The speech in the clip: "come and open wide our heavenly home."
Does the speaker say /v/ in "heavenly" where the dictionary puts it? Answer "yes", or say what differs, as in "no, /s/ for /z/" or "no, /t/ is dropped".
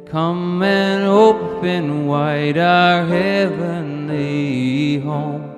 yes